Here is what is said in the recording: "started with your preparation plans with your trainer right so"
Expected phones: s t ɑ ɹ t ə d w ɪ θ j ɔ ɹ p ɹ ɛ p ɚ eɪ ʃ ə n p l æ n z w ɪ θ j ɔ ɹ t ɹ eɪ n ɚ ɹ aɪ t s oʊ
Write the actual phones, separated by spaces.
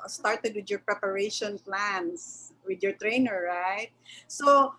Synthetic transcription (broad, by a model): s t ɑ ɹ t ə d w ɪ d j ɔ ɹ p ɹ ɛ p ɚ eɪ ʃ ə n p l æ n s w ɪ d j ɔ ɹ t ɹ eɪ n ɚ ɹ aɪ t s oʊ